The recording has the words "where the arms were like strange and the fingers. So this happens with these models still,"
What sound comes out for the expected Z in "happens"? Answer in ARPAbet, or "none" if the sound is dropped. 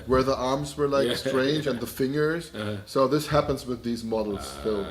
Z